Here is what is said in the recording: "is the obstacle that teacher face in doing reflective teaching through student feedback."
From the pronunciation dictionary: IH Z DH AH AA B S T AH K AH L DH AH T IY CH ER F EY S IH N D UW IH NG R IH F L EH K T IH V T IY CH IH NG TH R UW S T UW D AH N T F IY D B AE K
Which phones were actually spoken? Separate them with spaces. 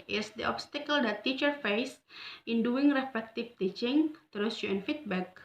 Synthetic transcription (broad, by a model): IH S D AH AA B S T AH K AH L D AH T IY CH ER F EY S IH N D UW IH NG R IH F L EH K T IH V T IY CH IH NG T R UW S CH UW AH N F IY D B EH K